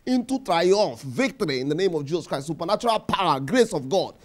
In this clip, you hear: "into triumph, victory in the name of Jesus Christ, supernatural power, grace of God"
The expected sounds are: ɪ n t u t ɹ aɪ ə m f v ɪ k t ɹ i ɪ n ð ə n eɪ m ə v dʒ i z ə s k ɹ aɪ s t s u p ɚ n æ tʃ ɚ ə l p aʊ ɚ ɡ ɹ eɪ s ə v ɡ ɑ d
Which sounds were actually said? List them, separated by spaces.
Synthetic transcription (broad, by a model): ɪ n t u t ɹ aɪ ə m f v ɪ k t ɹ i ɪ n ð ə n eɪ m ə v dʒ i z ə s k ɹ aɪ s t s u p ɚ n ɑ tʃ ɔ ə l p aʊ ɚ ɡ ɹ eɪ s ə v ɡ ɑ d